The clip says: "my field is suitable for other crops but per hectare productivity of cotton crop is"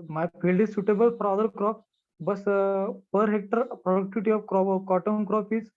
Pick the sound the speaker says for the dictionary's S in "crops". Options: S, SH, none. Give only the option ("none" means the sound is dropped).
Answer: none